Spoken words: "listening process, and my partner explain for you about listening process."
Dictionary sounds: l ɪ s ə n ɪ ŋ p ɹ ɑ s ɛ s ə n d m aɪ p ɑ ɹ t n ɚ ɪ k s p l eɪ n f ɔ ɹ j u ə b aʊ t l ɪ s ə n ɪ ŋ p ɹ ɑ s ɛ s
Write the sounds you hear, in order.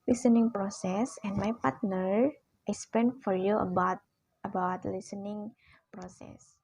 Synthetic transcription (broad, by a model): l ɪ s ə n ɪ ŋ p ɹ ɑ s ɛ s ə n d m aɪ p ɑ ɹ t n ɚ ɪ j s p eɪ n f ɔ ɹ j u ə b aʊ t l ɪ s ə n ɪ ŋ p ɹ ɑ s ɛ s